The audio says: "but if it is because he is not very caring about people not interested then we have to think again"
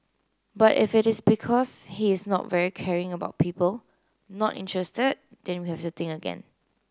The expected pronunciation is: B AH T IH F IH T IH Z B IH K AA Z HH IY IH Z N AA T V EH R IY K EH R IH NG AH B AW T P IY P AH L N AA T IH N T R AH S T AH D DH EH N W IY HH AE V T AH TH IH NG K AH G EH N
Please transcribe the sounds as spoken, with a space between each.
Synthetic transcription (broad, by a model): B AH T IH F IH T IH S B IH K AA S HH IY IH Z N AA T V EH R IY K EH R IH NG AH B AW T P IY P AH L N AA T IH N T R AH S T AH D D EH N W IY HH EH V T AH T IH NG AH G EH N